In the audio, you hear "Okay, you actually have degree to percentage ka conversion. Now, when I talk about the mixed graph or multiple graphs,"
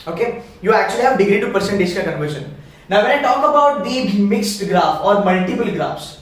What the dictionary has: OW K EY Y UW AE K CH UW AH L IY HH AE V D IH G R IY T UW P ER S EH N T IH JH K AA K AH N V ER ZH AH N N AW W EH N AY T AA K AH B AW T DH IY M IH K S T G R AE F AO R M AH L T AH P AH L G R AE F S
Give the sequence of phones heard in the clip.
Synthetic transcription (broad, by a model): OW K EY Y UW AE K CH UW AH L IY HH AE V D IH G R IY T UW P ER S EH N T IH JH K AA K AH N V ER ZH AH N N AW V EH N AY T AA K AH B AW T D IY M IH K S T G R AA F AO R M AH L T AH P AH L G R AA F S